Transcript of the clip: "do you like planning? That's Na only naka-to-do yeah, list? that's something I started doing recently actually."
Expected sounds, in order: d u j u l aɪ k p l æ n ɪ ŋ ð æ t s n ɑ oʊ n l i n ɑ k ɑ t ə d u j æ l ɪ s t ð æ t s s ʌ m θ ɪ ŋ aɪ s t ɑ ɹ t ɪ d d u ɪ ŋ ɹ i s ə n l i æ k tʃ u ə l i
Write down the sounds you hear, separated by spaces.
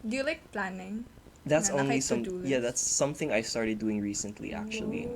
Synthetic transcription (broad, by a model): d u j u l aɪ k p l æ n ɪ ŋ ð æ t s oʊ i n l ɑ s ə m j æ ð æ t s s ʌ m θ ɪ ŋ aɪ s t ɑ ɹ t ɪ d d u ɪ ŋ ɹ i s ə n l i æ k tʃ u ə l i